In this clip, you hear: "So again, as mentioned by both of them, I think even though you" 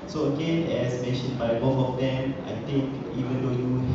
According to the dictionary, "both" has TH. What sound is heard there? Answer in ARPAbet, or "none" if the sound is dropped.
F